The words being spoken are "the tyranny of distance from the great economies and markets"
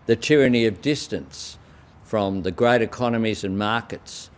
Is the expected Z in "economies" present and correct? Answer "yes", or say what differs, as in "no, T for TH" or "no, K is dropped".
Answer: yes